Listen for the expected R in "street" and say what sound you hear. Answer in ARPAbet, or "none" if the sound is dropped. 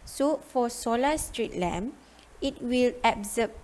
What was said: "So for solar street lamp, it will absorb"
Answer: R